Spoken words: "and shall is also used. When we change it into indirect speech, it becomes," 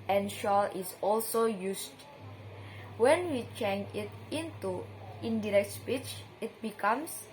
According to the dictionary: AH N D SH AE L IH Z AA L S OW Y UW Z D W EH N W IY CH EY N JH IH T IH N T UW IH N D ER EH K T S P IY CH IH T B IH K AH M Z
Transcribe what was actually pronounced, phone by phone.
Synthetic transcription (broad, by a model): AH N SH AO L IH S AA L S OW Y UW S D W EH N W IY CH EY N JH IH T IH N T UW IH N D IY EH K T S P IY CH IH T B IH K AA M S